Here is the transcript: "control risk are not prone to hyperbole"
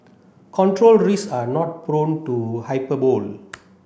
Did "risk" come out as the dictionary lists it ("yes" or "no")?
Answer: no